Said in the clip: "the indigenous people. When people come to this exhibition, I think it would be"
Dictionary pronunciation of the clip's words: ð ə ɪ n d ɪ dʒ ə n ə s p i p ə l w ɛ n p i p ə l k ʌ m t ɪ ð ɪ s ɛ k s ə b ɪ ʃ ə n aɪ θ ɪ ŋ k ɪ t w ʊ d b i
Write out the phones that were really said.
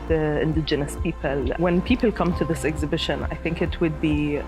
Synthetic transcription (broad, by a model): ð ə ɪ n d ɪ dʒ ə n ə s p i p ə l w ɛ n p i p ə l k ʌ m t ɪ ð ɪ s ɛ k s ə b ɪ ʃ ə n aɪ θ ɪ ŋ k ɪ t w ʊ d b i